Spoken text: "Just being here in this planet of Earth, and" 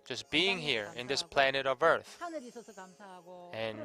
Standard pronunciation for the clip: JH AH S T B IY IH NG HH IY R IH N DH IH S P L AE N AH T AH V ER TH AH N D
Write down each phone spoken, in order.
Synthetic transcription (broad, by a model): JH AH S B IY IH NG HH IY R IH N DH IH S P L AE N AH T AH V ER TH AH N